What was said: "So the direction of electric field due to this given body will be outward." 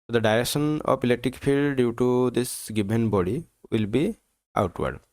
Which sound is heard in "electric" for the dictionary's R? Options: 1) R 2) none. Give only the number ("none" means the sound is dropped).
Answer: 2